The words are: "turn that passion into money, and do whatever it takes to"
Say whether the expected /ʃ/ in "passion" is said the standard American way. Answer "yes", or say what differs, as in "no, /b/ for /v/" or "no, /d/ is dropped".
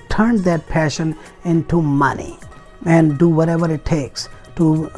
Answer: yes